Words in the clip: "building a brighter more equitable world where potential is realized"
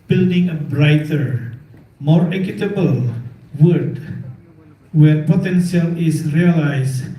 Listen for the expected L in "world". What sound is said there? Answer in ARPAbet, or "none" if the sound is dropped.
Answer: none